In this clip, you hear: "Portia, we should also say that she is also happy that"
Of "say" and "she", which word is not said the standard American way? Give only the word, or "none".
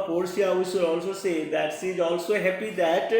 she